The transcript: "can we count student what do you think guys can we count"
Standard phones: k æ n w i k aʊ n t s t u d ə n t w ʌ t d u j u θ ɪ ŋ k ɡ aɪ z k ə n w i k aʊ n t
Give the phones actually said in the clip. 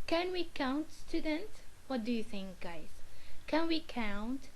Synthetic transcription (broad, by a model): k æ n w i k aʊ n t s t u d ə n t w ʌ t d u j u θ ɪ ŋ k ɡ aɪ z k ə n w i k aʊ n t